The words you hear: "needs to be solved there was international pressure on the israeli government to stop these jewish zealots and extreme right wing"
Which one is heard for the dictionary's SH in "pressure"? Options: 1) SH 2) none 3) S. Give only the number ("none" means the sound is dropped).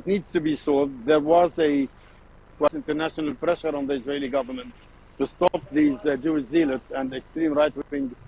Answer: 1